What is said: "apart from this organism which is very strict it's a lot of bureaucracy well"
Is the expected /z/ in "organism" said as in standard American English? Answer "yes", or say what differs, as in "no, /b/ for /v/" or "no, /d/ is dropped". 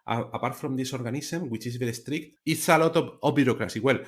no, /s/ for /z/